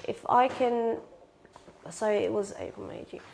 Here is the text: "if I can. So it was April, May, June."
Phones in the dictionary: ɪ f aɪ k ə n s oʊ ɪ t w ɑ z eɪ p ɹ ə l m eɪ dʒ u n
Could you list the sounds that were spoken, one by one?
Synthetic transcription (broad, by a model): ɪ f aɪ k ə n s oʊ ɪ t w ɑ z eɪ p ə m eɪ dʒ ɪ